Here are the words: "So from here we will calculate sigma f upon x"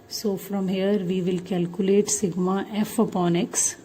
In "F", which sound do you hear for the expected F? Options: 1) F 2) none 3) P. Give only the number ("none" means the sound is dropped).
1